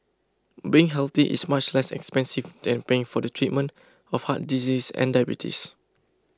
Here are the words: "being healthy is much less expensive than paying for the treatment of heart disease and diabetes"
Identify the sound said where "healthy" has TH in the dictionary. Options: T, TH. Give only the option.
T